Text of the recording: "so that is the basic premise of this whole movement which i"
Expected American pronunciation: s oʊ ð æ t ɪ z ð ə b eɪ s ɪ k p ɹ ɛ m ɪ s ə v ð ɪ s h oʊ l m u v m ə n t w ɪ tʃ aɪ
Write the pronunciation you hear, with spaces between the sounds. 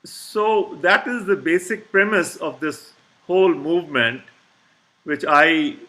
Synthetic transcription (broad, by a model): s oʊ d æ t ɪ z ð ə b eɪ s ɪ k p ɹ ɛ m ɪ s ə v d ɪ s h oʊ l m u v m ə n t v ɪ tʃ aɪ